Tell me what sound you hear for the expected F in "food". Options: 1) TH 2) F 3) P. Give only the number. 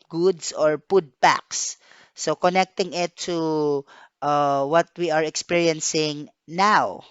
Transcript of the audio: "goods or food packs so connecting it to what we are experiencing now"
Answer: 3